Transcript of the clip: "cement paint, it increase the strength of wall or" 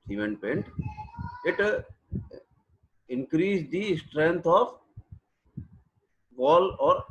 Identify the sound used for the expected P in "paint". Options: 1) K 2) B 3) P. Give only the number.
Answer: 3